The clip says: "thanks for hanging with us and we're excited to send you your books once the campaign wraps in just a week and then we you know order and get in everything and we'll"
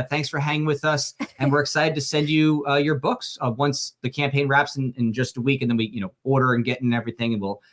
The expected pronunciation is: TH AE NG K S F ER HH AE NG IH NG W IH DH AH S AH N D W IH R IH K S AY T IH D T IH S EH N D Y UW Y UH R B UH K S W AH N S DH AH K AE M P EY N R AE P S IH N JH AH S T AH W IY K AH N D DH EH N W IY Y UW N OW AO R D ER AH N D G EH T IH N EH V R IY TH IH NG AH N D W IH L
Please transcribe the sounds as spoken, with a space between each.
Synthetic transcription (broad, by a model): TH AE NG K S F ER HH AE NG IH NG W IH DH AH S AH N W IH R IH K S AY T IH D T IH S EH N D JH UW Y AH R B UH K S W AH N S DH AH K AE M P EY N R AE P S IH N JH AH S T AH W IY K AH N DH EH N W IY Y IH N OW AO R D ER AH N G EH T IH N EH V R IY TH IH NG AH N W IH L